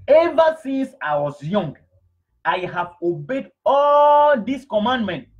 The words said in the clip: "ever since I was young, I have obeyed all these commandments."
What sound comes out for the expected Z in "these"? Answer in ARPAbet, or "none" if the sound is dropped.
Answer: S